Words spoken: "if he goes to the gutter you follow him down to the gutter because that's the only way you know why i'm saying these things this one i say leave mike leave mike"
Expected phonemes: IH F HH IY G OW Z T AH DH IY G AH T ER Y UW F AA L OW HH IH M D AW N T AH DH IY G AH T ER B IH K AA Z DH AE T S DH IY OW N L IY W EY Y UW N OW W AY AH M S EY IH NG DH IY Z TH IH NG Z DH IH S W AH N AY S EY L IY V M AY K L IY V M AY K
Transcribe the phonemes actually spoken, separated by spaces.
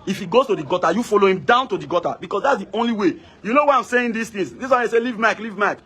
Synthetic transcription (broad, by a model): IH F HH IY G OW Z T AH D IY G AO T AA Y UW F AA L OW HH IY M D AW N T AH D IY G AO T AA B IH K AA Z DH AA T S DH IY OW N L IY W EY Y UW N OW W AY AH M S EY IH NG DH IY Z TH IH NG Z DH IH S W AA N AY S EY L IY V M AY K L IY V M AY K